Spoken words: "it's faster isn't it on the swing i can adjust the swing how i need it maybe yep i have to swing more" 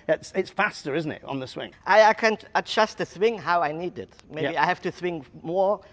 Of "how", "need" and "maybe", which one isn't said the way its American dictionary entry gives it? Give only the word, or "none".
maybe